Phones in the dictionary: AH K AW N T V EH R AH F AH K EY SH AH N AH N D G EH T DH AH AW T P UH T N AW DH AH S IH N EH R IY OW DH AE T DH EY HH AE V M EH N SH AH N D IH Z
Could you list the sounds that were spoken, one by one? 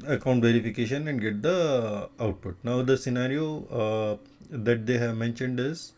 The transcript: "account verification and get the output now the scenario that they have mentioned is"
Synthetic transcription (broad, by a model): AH K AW N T V EH R AH F AH K EY SH AH N AH N D G EH T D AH AW T P UH T N AW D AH S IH N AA R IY OW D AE T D EY HH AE V M EH N SH AH N D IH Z